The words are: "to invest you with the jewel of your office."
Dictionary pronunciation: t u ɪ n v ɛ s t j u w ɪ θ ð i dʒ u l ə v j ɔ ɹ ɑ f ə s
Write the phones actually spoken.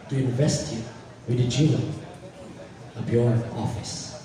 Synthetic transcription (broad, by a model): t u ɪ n v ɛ s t j u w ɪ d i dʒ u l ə b j ɔ ɹ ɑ f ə s